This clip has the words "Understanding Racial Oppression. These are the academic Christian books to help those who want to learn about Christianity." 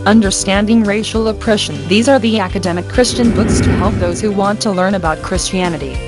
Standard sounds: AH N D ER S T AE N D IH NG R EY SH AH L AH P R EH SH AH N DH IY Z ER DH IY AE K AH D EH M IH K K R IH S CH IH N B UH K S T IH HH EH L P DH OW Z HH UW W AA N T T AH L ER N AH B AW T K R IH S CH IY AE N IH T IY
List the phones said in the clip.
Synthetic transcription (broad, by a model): AH N D ER S T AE N D IH NG R EY SH L AH P R EH SH AH N DH IY Z ER DH IY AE K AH D EH M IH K K R IH S CH IH N B UH K S T IH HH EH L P DH OW Z HH UW W AA N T T AH L ER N AH B AW T K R IH S CH IY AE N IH T IY